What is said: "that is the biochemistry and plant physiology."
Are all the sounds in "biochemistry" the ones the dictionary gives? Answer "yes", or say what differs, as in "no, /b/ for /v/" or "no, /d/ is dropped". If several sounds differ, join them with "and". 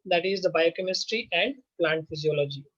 yes